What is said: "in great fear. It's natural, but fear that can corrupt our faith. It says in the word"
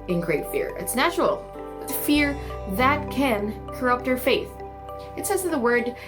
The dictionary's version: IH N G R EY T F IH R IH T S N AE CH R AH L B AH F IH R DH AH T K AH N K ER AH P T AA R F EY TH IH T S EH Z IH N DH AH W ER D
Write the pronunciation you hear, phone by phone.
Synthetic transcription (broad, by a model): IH N G R EY T F IH R IH T S N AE CH R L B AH F IH R DH AH T K AH N K ER AH P T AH R F EY TH IH T S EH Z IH DH AH W ER D